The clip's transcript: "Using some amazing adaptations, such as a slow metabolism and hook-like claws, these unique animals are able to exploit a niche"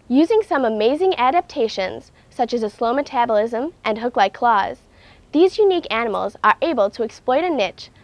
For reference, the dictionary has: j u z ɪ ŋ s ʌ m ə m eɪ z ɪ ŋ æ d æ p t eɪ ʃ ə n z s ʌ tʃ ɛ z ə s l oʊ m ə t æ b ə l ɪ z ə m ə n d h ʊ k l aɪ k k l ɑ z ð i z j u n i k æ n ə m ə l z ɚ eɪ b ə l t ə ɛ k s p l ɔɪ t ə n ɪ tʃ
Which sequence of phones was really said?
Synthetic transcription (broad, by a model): j u z ɪ ŋ s ʌ m ə m eɪ z ɪ ŋ æ d æ p t eɪ ʃ ə n z s ʌ tʃ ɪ z ə s l oʊ m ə t æ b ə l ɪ z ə m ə n h ʊ k l aɪ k k l ɑ z ð i z j u n i k æ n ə m l z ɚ eɪ b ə l t ə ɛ k s p l ɔɪ t ə n ɪ tʃ